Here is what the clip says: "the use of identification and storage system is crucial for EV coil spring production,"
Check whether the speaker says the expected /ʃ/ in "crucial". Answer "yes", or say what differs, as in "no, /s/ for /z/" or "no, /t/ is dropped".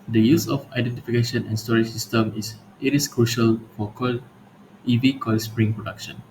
yes